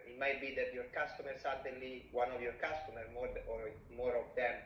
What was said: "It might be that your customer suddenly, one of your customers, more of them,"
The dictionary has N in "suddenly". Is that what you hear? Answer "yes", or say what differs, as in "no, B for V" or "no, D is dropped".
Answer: no, N is dropped